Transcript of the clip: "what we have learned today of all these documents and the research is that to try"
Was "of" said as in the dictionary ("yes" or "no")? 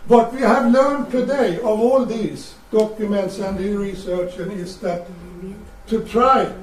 yes